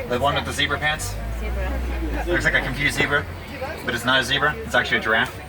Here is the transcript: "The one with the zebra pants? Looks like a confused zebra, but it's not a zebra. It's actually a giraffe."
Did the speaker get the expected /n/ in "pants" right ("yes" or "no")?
yes